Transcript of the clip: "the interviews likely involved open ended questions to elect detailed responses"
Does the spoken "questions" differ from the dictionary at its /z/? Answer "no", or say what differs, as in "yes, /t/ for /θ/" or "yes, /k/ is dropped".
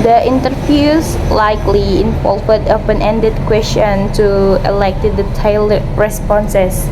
yes, /z/ is dropped